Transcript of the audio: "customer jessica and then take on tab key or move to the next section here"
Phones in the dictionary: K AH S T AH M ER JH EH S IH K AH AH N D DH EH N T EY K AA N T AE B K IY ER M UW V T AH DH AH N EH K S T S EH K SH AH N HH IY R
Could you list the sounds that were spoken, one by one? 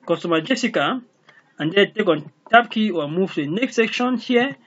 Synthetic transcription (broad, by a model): K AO S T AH M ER JH EH S IH K AH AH N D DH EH T EY K AA N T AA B K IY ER M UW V T AH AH N EH K S T S EH K SH AH N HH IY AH